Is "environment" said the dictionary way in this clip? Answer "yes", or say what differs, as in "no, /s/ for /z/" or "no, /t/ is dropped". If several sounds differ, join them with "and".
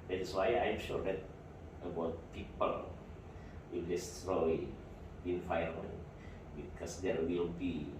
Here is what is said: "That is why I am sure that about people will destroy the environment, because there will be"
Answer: no, /f/ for /v/ and /ɹ/ is dropped